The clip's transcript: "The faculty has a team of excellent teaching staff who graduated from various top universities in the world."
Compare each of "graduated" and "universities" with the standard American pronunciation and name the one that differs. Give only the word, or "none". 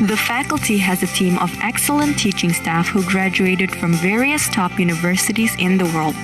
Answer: none